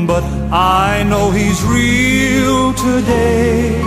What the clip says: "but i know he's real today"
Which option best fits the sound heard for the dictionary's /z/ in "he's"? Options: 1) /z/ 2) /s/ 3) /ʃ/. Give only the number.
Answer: 1